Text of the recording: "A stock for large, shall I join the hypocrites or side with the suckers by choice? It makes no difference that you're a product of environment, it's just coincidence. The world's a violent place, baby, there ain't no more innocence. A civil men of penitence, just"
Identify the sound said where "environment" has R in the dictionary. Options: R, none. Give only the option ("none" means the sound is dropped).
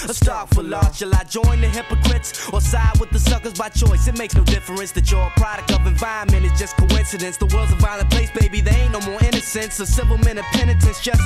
none